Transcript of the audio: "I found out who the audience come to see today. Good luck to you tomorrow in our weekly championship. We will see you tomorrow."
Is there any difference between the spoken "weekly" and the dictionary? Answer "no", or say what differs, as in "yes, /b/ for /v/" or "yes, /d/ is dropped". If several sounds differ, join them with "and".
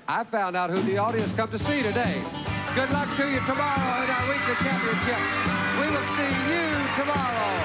yes, /l/ is dropped